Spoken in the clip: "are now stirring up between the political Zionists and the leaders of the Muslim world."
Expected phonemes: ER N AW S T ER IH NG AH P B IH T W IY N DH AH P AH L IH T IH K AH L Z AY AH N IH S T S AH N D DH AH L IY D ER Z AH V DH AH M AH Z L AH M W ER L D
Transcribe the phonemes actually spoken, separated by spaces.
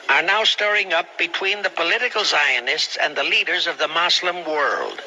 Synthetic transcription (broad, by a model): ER N AW S T ER IH NG AH P B IH T W IY N DH AH P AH L IH T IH K L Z AY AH N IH S T S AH N DH AH L IY D ER Z AH V DH AH M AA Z L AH M W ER L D